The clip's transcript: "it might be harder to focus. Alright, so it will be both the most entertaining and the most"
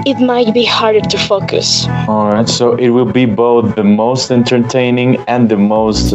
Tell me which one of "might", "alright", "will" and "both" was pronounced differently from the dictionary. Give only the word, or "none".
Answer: none